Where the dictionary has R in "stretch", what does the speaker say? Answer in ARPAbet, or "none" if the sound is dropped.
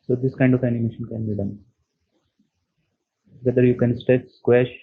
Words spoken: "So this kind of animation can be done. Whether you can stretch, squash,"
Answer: none